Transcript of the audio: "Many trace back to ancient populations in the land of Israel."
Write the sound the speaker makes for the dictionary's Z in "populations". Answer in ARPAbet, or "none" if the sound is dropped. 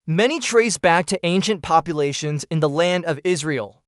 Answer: Z